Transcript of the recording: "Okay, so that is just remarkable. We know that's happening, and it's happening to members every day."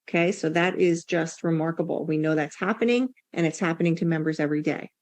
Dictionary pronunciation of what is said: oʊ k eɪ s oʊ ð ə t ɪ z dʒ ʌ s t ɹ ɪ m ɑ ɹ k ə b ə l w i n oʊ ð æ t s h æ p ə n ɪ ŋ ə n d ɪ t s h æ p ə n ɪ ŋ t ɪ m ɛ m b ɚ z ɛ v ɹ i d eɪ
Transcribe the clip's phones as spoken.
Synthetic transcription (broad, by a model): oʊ k eɪ s oʊ ð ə t ɪ z dʒ ʌ s t ɹ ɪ m ɑ ɹ k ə b l w i n oʊ ð æ t s h æ p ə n ɪ ŋ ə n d ɪ t s h æ p ə n ɪ ŋ t ɪ m ɛ m b ɚ z ɛ v ɹ i d eɪ